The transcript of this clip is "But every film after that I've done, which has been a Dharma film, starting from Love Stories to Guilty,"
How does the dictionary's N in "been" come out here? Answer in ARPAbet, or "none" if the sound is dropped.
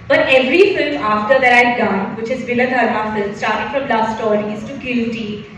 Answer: L